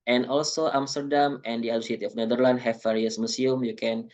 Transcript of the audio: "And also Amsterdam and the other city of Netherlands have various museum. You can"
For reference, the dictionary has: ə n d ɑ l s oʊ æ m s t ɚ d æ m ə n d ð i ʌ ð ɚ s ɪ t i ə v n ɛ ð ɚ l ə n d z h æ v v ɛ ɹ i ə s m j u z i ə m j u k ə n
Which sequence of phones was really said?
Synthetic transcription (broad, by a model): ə n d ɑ l s oʊ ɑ m s t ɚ d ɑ m ə n d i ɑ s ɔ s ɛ t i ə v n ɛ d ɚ l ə n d h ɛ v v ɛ ɹ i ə s m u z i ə m j u k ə n